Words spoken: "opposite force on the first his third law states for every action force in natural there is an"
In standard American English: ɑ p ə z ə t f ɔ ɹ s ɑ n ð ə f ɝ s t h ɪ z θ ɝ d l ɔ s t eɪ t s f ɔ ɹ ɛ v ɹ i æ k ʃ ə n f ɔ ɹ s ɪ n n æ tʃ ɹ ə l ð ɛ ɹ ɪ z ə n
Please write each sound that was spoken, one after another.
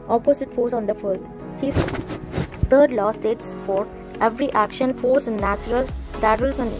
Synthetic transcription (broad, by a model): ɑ p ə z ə t f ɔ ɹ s ɑ n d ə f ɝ t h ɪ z t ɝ d l ɔ s t eɪ t s f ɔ ɹ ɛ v ɹ i æ k ʃ ə n f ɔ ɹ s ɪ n n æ tʃ ɹ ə l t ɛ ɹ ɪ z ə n